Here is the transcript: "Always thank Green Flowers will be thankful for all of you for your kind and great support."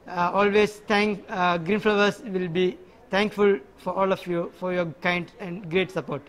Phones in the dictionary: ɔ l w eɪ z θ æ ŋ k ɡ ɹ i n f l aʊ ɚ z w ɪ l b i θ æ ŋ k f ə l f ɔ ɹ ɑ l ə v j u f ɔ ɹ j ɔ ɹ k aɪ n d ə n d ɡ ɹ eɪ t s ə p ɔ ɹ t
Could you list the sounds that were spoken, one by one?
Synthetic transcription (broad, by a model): ɔ l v eɪ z t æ ŋ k ɡ ɹ i n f l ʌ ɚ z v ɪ l b i t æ ŋ k f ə l f ɔ ɹ ɑ l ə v j u f ɔ ɹ j ɔ ɹ k aɪ n d ə n d ɡ ɹ eɪ t s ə p ɔ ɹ t